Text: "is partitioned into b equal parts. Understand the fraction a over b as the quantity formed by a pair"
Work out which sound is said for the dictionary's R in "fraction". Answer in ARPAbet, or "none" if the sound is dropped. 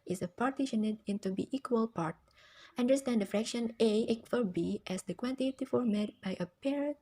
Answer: R